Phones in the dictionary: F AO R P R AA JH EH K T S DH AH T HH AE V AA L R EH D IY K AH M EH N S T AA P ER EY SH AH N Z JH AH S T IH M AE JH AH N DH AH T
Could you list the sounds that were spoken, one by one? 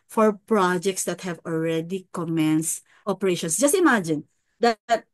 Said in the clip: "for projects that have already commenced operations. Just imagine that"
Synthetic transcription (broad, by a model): F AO R P R AA JH EH K T S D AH T HH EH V AA L R EH D IY K AH M EH N S T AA P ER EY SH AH N S JH AH S T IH M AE JH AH N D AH T